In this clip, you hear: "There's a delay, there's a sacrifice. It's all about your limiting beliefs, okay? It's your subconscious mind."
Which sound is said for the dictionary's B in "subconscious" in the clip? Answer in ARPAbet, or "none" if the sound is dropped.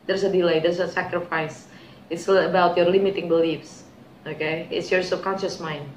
none